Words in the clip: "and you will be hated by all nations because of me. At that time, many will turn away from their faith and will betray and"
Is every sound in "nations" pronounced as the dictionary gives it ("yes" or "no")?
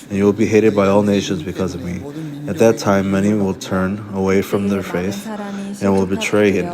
yes